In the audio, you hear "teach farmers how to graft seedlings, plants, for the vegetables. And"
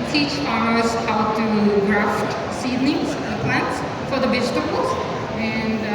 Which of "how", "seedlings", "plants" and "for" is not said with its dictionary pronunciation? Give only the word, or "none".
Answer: seedlings